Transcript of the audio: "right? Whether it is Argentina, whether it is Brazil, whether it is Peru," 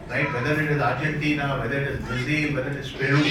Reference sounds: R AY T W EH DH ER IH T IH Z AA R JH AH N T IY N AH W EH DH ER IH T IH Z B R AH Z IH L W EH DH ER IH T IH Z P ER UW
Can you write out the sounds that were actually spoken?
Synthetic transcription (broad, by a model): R AY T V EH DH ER IH T IH Z AA R JH AH N T IY N AH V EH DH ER IH T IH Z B AH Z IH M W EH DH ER IH T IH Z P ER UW